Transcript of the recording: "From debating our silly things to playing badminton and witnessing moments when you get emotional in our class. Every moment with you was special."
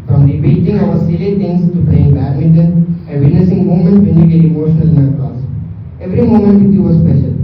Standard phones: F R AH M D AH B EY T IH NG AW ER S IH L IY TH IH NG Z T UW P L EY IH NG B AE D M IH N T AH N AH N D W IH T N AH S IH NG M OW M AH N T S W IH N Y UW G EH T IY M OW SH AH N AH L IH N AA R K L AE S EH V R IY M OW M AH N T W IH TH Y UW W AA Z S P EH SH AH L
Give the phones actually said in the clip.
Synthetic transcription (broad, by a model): F R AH M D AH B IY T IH NG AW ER S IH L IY T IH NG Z T UW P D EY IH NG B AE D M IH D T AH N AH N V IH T N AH S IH NG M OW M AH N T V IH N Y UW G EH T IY M OW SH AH N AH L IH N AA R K AO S EH V R IY M OW M AH N T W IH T Y UW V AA S P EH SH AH L